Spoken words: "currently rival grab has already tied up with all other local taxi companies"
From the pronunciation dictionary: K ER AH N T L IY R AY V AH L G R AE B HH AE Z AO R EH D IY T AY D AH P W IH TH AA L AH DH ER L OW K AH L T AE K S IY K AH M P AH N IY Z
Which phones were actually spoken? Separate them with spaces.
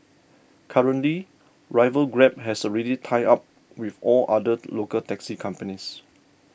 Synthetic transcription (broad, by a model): K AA AH N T L IY R AY V AH L G R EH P HH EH S AO R EH D IY T AY AA P W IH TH AA L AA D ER L OW K AH L T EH K S IY K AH M P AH N IY S